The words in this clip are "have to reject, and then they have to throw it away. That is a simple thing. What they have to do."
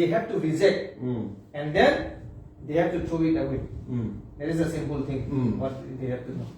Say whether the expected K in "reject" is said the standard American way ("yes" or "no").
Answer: no